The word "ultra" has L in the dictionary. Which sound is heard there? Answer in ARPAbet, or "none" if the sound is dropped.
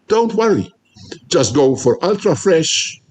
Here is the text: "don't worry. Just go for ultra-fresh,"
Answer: L